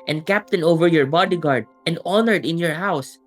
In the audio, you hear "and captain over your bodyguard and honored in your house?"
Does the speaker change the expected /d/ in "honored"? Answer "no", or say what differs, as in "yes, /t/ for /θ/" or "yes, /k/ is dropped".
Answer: no